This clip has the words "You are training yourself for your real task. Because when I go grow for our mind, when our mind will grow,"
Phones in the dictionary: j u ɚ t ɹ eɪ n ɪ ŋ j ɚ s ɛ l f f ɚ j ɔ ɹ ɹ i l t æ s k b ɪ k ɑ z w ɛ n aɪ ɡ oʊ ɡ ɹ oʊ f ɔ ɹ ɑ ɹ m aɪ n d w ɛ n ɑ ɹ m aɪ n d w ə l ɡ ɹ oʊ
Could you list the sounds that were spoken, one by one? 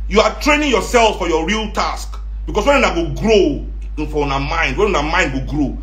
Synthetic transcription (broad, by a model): j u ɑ t ɹ eɪ n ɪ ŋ j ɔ s ɛ l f f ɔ j ɔ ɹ ɹ i l t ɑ s k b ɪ k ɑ s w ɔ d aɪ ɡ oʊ ɡ ɹ oʊ f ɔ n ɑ m aɪ n d w ɛ n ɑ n m aɪ n d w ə ɡ ɹ oʊ